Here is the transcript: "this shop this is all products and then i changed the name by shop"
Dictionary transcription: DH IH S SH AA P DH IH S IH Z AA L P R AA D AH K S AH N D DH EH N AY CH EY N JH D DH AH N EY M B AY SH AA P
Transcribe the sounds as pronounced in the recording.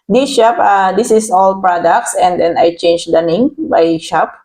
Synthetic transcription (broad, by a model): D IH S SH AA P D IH S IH S AA L P R AA D AH K S AH N D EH N AY CH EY N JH D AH N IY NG B AY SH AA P